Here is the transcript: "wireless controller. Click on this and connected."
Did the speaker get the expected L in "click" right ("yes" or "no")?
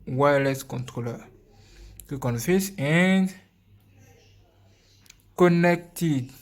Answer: no